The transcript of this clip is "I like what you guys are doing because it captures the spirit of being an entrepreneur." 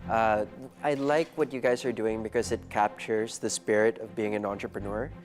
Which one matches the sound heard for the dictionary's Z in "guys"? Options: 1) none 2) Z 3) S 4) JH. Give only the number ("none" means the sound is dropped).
2